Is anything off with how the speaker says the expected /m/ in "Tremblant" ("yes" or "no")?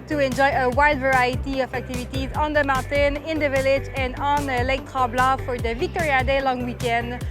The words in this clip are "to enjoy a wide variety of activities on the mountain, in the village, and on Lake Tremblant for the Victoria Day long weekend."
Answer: yes